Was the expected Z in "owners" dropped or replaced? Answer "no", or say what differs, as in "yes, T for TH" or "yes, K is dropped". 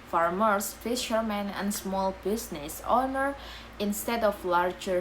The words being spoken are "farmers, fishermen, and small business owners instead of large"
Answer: yes, Z is dropped